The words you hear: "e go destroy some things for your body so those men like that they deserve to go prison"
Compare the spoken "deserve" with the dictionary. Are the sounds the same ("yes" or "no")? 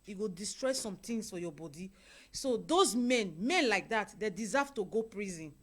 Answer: no